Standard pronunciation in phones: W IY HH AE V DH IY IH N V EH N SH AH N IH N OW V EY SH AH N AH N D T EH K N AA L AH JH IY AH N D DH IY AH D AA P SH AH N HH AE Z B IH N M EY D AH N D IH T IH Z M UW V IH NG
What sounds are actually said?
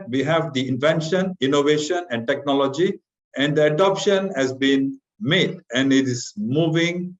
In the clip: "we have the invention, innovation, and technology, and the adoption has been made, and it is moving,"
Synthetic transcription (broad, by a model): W IY HH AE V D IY IH N V EH N SH AH N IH N OW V EY SH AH N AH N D T EH K N AA L AH JH IY AH N D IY AH D AA P SH AH N HH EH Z B IH N M EY D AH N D IH T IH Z M UW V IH NG